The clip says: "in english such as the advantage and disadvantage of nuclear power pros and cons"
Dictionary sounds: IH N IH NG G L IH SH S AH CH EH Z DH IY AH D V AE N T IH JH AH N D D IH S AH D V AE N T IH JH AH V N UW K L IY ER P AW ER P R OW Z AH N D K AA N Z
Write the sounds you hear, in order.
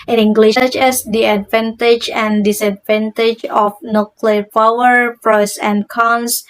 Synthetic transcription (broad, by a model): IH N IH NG G L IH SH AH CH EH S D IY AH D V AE N T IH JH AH N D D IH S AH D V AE N T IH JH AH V N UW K L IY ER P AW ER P R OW S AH N K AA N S